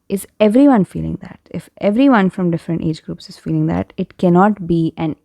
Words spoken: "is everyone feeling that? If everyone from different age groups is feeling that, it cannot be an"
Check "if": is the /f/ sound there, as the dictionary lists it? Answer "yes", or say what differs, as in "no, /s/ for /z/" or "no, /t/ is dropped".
yes